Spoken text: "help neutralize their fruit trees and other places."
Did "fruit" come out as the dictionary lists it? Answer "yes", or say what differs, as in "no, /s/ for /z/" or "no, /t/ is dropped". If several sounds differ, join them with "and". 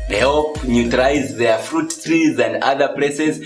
yes